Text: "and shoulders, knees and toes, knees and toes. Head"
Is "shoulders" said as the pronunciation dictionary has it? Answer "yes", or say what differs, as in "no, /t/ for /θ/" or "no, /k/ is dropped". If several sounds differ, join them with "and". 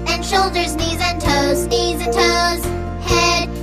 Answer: yes